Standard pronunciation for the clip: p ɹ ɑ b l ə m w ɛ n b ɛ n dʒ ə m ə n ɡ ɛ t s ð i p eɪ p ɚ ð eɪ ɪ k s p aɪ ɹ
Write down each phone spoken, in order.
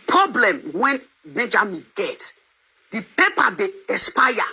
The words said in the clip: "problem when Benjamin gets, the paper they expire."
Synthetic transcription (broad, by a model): p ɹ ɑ b l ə m w ɛ n b ɛ n dʒ ə m ə n ɡ ɛ t s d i p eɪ p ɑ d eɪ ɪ s p aɪ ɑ